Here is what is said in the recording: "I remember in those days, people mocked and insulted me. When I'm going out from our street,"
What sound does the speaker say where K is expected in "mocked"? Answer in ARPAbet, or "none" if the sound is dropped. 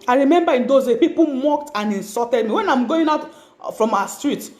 K